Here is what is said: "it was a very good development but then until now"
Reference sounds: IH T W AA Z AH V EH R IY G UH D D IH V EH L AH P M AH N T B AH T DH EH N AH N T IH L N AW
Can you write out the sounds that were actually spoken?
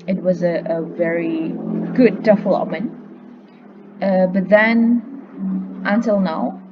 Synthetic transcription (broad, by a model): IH T W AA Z AH V EH R IY G UH D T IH F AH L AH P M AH N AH B AH T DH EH N AH N T IH L N AW